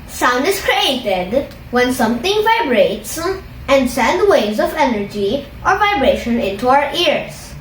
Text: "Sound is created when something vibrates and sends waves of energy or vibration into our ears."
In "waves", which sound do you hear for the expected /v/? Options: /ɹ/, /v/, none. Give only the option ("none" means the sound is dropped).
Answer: none